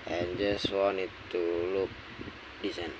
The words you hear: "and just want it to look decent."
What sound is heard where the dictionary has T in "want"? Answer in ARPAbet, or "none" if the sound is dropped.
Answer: none